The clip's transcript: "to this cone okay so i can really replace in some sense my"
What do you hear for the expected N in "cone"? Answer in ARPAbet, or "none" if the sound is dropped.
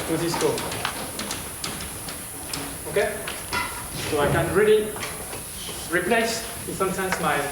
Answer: none